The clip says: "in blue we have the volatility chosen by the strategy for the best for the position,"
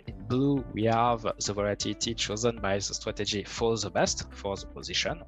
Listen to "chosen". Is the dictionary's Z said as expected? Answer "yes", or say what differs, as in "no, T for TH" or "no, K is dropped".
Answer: yes